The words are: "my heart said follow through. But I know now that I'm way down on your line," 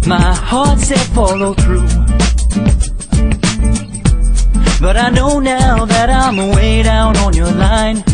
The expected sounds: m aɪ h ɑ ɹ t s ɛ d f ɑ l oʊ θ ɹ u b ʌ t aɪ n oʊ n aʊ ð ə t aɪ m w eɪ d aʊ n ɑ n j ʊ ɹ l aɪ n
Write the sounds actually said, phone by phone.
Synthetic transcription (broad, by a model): m aɪ h ɑ ɹ t s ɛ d f ɑ l oʊ θ ɹ u b ʌ t aɪ n oʊ n aʊ ð ə t aɪ m w eɪ d aʊ n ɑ n j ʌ ɹ l aɪ n